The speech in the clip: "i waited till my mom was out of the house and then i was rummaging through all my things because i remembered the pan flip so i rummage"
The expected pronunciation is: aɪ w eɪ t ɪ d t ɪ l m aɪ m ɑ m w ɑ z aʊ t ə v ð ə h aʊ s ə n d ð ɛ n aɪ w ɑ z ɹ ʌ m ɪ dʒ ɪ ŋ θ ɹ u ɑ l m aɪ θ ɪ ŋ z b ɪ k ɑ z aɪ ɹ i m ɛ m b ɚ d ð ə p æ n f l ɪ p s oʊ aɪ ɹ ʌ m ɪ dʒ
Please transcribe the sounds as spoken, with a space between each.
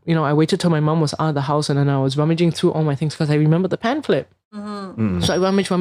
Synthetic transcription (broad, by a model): aɪ w eɪ t ɪ d t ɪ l m aɪ m ɑ m w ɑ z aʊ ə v ð ə h aʊ s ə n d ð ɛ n aɪ w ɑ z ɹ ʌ m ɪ dʒ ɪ ŋ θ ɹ u ɑ l m aɪ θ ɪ ŋ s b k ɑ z aɪ ɹ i m ɛ m b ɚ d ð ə p æ n f l ɪ p s oʊ aɪ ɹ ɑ m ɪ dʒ